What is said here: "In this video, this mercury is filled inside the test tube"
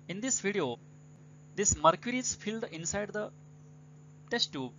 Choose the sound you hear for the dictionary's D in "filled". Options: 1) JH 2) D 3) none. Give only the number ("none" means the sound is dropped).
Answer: 2